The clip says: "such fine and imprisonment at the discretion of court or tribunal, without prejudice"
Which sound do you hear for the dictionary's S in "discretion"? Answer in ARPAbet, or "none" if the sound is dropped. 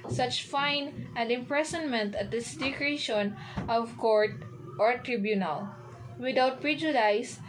none